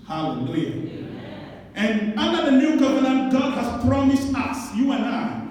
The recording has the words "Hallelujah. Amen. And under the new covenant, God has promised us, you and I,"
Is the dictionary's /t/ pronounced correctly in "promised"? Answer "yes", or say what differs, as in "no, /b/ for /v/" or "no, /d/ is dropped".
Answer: yes